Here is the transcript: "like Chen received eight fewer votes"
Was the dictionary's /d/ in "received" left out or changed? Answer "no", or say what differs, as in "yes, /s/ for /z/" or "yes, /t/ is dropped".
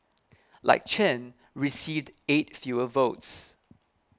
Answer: no